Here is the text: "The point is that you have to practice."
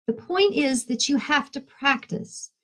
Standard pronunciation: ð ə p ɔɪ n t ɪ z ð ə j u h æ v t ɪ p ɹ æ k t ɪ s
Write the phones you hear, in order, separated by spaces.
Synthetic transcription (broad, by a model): ð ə p ɔɪ n t ɪ z ð ə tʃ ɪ h æ f t ɪ p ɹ æ k t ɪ s